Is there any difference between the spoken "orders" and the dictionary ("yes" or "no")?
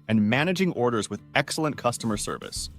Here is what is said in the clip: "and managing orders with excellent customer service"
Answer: no